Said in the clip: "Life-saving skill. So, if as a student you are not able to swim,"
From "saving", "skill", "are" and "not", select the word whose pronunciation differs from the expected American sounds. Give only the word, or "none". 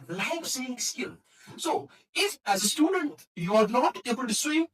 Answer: saving